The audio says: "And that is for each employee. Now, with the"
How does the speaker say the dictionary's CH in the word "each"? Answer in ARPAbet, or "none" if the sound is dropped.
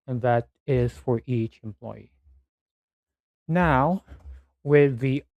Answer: CH